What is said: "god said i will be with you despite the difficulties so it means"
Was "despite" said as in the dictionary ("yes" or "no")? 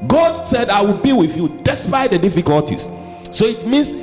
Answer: yes